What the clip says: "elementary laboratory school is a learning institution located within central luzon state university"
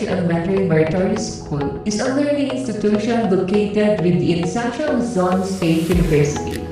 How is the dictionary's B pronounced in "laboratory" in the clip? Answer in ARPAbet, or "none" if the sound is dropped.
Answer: none